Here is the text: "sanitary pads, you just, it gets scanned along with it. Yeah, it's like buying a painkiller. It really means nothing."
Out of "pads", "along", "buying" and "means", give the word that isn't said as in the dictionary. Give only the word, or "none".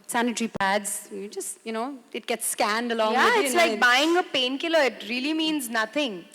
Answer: none